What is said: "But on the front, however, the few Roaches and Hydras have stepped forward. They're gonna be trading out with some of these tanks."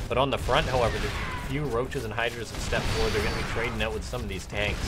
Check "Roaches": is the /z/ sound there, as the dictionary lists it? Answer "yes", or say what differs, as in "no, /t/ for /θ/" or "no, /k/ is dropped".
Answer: yes